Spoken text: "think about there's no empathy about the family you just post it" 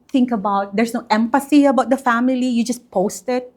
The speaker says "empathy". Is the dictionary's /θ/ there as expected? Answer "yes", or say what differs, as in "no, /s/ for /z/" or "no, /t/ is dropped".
no, /s/ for /θ/